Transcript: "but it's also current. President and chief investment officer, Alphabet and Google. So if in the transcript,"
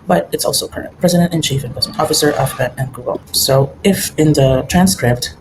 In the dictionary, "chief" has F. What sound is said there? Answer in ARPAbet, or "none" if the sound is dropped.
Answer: F